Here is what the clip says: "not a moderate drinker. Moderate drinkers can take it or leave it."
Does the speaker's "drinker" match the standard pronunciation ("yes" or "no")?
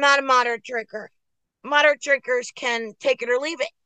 no